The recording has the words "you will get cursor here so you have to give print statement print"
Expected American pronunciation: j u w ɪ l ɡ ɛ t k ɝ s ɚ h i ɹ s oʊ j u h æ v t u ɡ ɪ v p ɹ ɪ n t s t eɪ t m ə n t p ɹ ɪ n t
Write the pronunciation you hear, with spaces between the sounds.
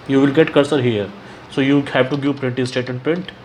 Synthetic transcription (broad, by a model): j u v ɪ l ɡ ɛ t k ɝ s ɚ h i ɹ s oʊ j u h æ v t u ɡ ɪ v p ɹ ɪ n t s t eɪ t ə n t p ɹ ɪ n t